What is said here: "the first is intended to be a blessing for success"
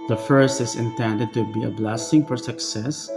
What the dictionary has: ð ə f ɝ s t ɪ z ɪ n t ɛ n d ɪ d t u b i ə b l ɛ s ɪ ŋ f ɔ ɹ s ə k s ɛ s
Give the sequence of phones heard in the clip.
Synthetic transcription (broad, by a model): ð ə f ɝ s t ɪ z ɪ n t ɛ n d ɪ d t u b i ə b l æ s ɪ ŋ f ɔ ɹ s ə k s ɛ s